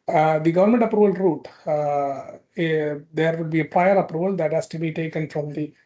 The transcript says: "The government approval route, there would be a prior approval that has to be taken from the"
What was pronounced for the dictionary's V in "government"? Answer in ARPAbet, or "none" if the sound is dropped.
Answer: V